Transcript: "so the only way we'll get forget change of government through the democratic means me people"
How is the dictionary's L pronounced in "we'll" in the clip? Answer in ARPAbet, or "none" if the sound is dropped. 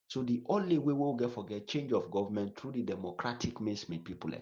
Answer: W